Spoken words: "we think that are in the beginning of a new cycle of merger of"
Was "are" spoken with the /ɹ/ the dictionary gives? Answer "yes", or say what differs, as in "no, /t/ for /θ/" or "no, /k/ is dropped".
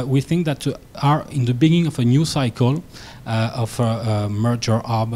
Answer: yes